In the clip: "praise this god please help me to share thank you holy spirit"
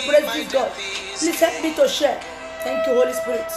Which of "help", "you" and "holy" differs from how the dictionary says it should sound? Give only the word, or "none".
help